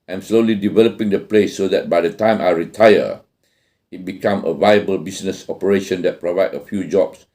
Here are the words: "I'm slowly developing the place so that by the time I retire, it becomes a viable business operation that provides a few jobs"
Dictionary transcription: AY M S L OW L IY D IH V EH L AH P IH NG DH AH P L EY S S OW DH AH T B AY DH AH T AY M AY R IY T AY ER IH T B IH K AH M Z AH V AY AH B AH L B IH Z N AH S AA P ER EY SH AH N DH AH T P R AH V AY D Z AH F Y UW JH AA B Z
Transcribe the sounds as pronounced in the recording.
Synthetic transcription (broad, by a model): AY M S L OW L IY D IH V EH L AH P IH NG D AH P L EY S S OW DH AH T B AY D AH T AY M AY R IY T AY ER IH T B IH K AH M AH V AY AH B AH L B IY S N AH S AA P ER EY SH AH N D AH T P R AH V AY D AH F Y UW JH AA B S